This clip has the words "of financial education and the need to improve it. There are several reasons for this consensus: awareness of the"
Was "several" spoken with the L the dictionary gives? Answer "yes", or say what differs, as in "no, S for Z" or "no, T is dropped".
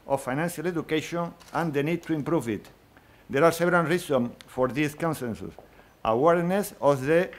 no, N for L